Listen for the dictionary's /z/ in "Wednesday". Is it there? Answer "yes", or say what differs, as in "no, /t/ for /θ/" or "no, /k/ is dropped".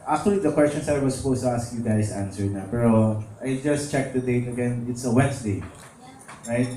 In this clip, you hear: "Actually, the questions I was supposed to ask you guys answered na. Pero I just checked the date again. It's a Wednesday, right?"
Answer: no, /s/ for /z/